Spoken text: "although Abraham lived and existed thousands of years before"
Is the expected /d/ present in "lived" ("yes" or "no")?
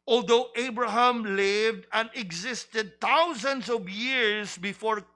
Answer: yes